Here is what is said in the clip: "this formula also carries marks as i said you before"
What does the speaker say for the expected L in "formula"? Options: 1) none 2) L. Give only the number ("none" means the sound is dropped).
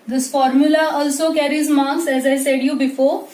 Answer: 2